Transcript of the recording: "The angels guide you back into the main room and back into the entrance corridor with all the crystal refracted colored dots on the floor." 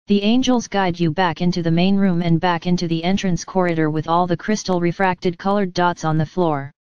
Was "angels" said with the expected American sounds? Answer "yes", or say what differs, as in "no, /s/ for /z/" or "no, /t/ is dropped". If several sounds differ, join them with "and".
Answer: yes